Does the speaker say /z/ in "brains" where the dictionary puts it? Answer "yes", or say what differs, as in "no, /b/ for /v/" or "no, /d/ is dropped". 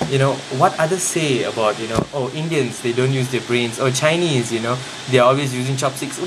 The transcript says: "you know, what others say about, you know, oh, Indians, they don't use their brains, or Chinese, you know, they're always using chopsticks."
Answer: no, /s/ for /z/